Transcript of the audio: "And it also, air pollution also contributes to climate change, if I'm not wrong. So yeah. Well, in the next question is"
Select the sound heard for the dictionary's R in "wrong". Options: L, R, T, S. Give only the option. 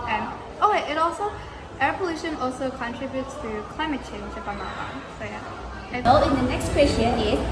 L